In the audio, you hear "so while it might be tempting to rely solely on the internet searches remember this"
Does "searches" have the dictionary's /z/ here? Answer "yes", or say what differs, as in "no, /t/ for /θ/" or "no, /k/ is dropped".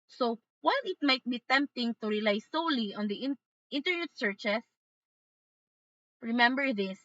no, /s/ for /z/